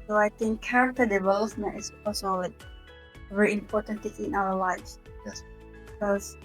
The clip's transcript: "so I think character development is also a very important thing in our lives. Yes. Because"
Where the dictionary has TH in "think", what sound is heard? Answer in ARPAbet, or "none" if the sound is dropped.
T